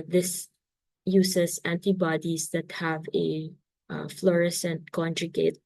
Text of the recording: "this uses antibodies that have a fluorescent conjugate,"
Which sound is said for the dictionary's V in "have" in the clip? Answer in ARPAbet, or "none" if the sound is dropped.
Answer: V